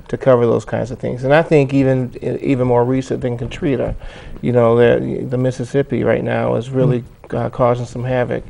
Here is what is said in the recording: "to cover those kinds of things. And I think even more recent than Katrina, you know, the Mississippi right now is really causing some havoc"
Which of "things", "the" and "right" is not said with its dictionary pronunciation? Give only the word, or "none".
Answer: none